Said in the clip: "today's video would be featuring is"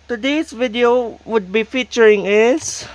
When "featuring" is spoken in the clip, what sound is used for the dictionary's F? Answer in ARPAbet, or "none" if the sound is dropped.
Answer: F